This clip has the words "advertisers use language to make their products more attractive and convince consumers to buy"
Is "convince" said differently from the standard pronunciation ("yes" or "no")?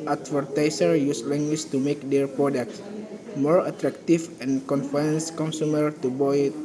yes